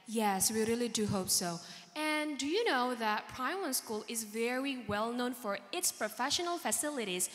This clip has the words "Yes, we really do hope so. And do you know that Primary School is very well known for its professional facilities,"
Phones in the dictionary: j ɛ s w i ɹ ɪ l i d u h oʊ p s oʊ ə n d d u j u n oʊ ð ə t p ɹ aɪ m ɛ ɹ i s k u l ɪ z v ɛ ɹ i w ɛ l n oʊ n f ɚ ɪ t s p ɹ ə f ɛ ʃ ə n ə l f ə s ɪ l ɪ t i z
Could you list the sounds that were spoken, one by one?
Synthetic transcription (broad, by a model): j ɛ s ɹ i ɹ ɪ l i d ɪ h oʊ p s oʊ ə n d d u j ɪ n oʊ ð ə t p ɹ aɪ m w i s k u l ɪ z v ɛ ɹ i w ɛ l n oʊ n f ɚ ɪ t s p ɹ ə f ɛ ʃ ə n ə l f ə s ɪ l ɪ t i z